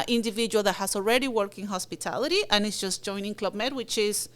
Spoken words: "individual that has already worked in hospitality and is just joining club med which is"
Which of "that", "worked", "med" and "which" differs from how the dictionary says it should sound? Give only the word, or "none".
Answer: worked